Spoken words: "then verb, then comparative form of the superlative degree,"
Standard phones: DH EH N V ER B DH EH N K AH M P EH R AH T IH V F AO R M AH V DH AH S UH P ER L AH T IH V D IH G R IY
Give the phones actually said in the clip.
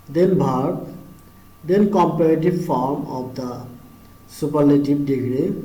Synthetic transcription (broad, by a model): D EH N B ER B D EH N K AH M P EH R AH T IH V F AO R M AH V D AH S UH P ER L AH T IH B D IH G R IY